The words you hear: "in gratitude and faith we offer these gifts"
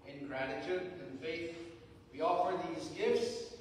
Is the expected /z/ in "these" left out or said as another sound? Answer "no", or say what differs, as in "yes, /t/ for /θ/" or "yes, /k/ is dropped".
no